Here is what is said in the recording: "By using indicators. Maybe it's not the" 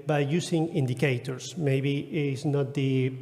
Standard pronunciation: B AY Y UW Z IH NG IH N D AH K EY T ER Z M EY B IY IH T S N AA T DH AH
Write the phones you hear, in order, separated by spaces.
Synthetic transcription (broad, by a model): B AY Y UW S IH NG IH N D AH K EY T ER S M EY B IY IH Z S N AA T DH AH